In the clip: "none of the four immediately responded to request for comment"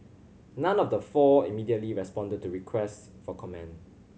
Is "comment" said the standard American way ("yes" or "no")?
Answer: no